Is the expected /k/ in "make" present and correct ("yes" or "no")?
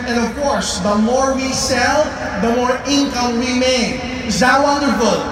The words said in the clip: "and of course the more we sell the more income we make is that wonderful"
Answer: no